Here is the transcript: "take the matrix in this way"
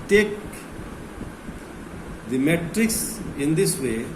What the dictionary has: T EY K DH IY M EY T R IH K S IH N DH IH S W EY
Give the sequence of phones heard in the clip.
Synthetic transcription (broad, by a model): T EY K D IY M EY T R IH K S IH N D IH S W EY